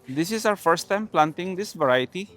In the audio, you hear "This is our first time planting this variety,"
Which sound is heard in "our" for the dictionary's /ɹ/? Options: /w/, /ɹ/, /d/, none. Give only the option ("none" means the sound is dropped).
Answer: /w/